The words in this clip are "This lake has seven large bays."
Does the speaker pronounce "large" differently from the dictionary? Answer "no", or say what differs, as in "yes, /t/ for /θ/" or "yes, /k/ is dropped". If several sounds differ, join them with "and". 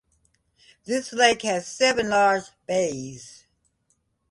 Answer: yes, /z/ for /dʒ/